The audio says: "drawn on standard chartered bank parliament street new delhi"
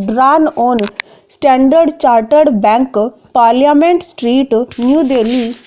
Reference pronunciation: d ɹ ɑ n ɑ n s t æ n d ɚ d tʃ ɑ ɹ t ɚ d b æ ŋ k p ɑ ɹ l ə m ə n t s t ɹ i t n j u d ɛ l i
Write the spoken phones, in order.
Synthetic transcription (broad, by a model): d ɹ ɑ n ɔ n s t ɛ n d ɚ d tʃ ɑ ɹ t ɚ d b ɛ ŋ k p ɑ ɹ l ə m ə n t s t ɹ i t n j u d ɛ l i